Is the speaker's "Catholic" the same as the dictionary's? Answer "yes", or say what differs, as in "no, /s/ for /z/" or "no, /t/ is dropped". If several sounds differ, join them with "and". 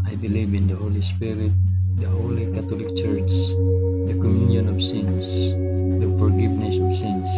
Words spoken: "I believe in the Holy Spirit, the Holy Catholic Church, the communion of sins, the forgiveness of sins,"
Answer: no, /t/ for /θ/